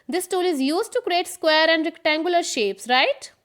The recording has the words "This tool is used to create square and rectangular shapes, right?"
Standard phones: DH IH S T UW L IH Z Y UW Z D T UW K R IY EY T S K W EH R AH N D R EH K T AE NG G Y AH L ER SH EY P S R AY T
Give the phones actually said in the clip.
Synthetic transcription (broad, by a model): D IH S T UW L IH Z Y UW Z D T UW K R IY EY T S K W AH R AH N D R EH K T AE NG G Y AH L ER SH EY P S R AY T